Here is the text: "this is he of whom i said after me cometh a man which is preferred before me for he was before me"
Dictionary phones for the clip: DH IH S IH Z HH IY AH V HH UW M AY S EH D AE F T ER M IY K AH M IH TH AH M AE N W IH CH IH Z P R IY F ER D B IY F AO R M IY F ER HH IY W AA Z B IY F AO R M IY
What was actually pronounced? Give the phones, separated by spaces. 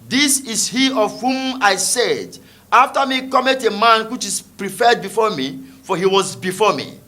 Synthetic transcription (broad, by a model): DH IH S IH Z HH IY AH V HH UW M AY S EH D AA F T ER M IY K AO M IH T AH M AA N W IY CH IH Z P R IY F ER D B IY F AO M IY F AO HH IY W AA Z B IY F AO M IY